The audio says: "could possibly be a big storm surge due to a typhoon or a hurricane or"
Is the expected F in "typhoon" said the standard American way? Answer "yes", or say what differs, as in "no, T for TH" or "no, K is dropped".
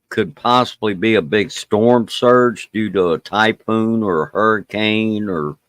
no, P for F